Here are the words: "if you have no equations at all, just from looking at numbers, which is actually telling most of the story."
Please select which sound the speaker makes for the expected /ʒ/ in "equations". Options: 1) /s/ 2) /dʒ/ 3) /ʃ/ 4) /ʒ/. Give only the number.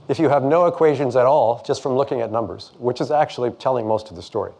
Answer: 4